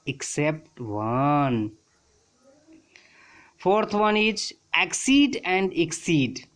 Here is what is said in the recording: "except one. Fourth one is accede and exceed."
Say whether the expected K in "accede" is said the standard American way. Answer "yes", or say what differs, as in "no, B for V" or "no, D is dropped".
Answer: yes